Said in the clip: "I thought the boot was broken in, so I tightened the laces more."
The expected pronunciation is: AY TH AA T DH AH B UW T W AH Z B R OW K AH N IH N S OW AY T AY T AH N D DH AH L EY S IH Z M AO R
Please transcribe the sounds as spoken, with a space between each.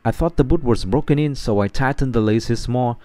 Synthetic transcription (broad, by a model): AY TH AA T DH AH B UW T W AH Z B R OW K AH N IH N S OW AY T AY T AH N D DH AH L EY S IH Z M AO R